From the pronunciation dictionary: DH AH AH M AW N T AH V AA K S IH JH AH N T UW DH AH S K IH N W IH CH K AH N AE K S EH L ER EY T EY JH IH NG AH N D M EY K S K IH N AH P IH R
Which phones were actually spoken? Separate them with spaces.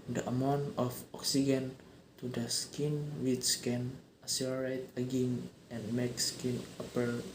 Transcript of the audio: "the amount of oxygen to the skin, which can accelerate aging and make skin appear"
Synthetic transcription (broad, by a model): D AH AH M AW N T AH F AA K S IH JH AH N T UW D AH S K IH N W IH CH K AH N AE S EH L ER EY T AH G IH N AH N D M EY K S K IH N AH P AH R